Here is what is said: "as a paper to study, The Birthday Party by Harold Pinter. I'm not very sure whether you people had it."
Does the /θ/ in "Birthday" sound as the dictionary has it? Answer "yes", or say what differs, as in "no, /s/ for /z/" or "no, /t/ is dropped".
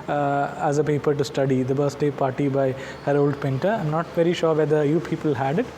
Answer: no, /s/ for /θ/